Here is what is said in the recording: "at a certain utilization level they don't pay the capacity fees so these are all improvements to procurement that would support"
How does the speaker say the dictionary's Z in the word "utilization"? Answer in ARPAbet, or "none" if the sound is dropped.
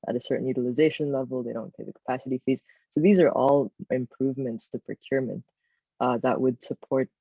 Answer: Z